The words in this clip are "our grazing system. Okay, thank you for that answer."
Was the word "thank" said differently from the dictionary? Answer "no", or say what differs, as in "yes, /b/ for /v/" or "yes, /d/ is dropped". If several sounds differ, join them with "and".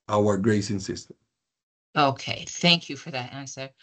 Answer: no